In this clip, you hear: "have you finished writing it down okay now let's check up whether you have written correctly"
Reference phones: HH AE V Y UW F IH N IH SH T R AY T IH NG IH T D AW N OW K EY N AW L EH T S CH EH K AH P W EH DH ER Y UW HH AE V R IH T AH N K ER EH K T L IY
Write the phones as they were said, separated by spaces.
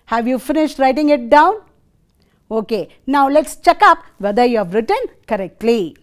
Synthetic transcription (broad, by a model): HH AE V Y UW F IH N IH SH T R AY T IH NG IH T D AW N OW K EY N AW L EH T S CH EH K AH P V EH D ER Y UW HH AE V R IH T AH N K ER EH K T L IY